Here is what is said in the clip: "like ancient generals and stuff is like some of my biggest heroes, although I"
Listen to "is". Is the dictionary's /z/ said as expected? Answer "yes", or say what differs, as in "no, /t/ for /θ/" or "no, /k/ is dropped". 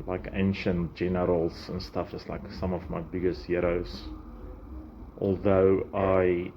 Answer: no, /s/ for /z/